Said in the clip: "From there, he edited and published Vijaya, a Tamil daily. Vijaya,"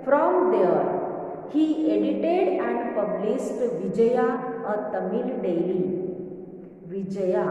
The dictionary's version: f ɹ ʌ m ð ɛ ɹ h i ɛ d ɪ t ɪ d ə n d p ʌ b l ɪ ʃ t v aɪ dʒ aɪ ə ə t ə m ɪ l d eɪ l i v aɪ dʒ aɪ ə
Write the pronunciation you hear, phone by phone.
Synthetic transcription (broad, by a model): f ɹ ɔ m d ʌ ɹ h i ɛ d ɪ t ɪ d ə n d p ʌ b l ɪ s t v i dʒ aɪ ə ə t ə m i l d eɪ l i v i dʒ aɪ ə